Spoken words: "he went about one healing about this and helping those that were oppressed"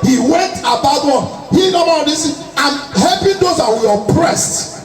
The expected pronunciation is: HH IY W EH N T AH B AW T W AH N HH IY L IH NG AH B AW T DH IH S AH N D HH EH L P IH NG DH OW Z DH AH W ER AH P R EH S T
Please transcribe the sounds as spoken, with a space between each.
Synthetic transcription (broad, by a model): HH IY W EH N T AH B AW T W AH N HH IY N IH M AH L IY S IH AH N HH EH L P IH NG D OW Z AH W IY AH P R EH S T